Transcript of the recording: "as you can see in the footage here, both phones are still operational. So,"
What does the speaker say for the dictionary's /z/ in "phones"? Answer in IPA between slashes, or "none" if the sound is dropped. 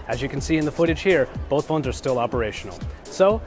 /z/